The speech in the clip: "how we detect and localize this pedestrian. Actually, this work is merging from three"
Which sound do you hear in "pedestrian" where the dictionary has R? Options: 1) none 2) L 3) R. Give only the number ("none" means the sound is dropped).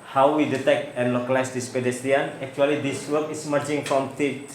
1